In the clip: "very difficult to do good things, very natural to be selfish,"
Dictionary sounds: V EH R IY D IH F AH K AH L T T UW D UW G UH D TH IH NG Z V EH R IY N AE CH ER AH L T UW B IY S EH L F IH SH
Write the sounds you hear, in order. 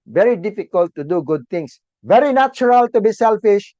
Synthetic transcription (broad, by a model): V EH R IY D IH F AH K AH L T T UW D UW G UH D T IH NG S V EH R IY N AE CH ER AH L T UW B IY S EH L F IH SH